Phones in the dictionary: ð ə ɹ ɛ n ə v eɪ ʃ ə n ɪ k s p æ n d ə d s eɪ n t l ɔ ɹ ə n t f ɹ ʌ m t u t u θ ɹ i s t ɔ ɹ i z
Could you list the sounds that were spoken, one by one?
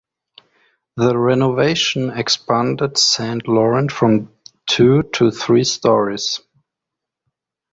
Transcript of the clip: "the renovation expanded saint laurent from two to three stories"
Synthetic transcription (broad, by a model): ð ə ɹ ɛ n ə v eɪ ʃ ə n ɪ k s p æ n d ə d s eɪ n t l ɔ ɹ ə n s f ɹ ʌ m t u t u θ ɹ i s t ɔ ɹ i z